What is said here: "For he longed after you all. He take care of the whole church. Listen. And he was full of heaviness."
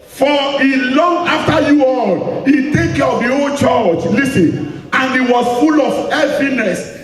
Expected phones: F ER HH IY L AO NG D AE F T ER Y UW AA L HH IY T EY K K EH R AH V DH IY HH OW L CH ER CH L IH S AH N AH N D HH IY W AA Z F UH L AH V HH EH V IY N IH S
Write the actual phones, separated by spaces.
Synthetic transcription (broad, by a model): F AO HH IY L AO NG AA F T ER Y UW AA L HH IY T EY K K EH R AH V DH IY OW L CH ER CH L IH S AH N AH N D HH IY W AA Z F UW L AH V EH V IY N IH S